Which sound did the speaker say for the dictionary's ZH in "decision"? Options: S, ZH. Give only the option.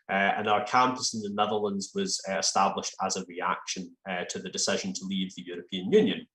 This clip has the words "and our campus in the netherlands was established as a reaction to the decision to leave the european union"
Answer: ZH